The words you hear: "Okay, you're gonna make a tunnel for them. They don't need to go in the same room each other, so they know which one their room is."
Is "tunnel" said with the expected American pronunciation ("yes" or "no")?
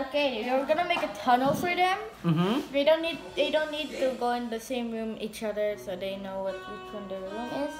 yes